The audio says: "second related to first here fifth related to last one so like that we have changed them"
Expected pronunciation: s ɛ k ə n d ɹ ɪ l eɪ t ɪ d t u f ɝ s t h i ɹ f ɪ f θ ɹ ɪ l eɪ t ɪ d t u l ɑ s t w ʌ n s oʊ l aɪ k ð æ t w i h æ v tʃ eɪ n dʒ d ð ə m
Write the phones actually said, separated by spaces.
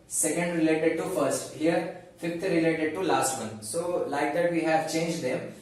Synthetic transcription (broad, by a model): s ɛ k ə n d ɹ ɪ l eɪ t ɪ d t u f ɝ s t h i ɹ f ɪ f t ɹ ɪ l eɪ t ɪ d t u l ɑ s t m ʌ n s oʊ l aɪ k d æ t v i h æ v tʃ eɪ n dʒ d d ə m